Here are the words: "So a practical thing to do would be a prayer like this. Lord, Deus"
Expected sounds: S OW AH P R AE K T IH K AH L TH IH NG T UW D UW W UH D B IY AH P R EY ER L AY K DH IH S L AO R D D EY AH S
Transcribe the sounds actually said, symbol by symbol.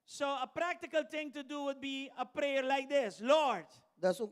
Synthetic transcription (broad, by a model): S OW AH P R AE K T IH K AH L T IH NG T UW D UW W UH D B IY AH P R EY ER L AY K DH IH S L AO R D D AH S